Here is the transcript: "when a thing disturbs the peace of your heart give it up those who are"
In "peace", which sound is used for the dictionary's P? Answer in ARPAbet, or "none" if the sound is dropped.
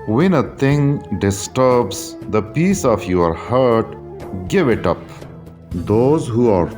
P